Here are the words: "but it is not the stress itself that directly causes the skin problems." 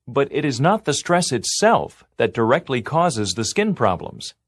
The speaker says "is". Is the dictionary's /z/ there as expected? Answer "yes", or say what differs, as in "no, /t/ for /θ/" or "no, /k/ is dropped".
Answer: yes